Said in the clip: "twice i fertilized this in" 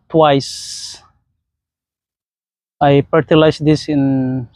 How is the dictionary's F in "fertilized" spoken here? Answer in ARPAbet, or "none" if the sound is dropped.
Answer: P